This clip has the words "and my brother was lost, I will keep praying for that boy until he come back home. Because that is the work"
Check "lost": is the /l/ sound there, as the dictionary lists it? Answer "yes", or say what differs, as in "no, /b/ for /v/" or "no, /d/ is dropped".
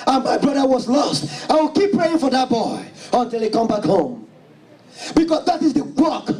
yes